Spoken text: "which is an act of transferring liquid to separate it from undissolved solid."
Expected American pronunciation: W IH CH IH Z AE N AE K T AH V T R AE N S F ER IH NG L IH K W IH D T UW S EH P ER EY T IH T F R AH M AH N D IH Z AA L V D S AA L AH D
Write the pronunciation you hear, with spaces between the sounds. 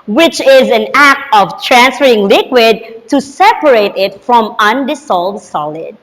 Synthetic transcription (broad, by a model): W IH CH IH Z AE N AE K T AH V T R AE N S F ER IH NG L IH K W IH D T UW S EH P ER EY T IH T F R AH M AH N D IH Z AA L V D S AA L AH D